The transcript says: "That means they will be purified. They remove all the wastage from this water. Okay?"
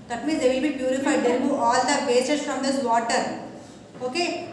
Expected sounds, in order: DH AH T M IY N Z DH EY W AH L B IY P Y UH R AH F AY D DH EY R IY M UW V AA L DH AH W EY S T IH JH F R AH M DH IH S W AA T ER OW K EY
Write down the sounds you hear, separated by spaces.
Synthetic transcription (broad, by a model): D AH T M IY N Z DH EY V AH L B IY P Y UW R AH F AY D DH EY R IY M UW AA L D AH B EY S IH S F R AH M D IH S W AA T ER OW K EY